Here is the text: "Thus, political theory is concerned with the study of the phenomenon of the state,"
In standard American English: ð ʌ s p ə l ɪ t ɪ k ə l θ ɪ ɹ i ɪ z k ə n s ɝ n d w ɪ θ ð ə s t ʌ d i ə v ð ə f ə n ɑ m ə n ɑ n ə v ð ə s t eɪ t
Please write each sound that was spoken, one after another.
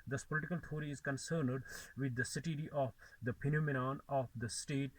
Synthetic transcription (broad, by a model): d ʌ s p ə l ɪ t ɪ k ə l t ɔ ɹ i ɪ z k ə n s ɝ n d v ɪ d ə s t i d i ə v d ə p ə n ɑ m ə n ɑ n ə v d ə s t eɪ t